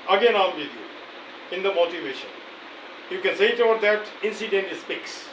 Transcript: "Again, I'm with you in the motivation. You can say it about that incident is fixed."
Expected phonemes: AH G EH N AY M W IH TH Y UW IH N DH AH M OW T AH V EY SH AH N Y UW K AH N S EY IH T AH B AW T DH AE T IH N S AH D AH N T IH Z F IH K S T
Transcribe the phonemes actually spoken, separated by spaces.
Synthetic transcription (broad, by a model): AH G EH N AY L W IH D Y UW IH N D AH M OW T AH V EY SH AH N Y UW K AH N S EY IH T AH AW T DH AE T IH N S AH D AH N T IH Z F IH K S